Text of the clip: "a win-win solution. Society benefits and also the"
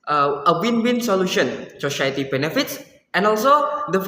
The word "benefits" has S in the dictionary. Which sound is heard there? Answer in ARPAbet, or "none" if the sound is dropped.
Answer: S